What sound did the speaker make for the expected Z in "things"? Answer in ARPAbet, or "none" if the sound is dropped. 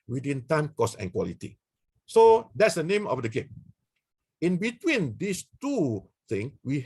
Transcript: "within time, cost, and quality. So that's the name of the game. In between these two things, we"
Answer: none